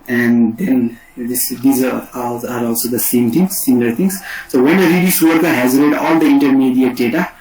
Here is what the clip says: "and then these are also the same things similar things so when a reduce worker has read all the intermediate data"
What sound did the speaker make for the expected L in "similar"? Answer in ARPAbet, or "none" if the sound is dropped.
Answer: N